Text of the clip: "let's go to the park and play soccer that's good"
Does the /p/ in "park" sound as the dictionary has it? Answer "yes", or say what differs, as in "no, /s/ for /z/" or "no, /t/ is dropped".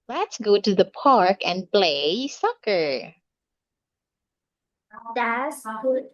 yes